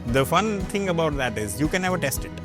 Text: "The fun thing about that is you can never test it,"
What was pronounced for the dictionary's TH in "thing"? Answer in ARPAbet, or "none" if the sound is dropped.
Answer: T